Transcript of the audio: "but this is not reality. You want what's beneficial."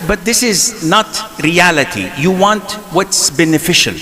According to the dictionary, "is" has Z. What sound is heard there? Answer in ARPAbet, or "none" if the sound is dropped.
Z